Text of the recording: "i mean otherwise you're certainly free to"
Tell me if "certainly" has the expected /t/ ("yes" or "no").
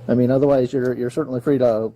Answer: no